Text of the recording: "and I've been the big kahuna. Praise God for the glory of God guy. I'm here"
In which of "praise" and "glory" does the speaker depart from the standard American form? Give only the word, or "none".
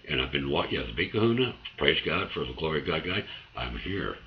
none